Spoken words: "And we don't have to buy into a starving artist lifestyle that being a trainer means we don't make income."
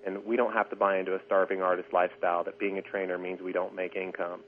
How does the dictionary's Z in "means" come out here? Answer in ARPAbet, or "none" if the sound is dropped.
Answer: Z